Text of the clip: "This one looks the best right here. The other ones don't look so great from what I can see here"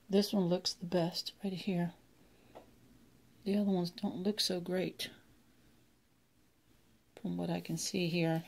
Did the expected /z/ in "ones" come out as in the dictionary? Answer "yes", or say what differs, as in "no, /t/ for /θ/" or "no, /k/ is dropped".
yes